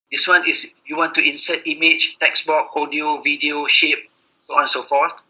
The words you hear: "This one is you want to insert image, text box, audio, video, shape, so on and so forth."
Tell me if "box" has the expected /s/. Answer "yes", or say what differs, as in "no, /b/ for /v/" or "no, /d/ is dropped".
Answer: no, /s/ is dropped